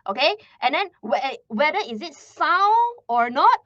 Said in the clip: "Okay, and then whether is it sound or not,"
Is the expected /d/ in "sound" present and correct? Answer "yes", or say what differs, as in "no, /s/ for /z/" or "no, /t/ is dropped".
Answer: no, /d/ is dropped